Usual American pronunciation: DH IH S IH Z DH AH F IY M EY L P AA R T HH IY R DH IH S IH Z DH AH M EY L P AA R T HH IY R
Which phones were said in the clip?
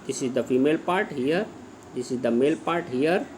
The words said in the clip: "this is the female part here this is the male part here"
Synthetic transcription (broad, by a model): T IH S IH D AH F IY M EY L P AA R T HH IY R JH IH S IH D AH M EY L P AA R T HH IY R